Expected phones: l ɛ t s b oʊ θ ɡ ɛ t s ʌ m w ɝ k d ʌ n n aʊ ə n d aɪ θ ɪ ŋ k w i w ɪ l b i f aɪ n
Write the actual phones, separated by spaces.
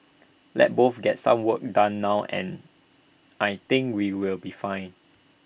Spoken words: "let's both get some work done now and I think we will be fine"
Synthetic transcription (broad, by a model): l ɛ t b oʊ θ ɡ ɛ t s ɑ m w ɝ k d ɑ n n aʊ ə n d aɪ t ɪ ŋ k w i w ɪ l b i f aɪ n